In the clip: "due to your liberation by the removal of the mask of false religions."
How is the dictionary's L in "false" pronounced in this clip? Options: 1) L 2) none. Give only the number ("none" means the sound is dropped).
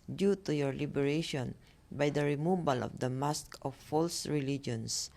1